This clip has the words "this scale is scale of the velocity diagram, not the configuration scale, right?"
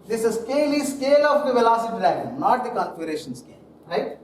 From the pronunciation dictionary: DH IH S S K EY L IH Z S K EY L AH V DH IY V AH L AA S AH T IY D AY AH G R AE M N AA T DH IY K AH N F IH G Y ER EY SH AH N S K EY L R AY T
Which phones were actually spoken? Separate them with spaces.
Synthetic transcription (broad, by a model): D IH S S K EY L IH S K EY L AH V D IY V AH L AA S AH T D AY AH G AH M N AA T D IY K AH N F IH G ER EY SH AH N S K EY L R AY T